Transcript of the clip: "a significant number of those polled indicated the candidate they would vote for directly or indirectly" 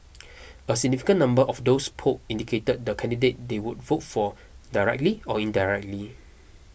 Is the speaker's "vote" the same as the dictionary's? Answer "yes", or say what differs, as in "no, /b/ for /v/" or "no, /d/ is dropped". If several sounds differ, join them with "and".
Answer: yes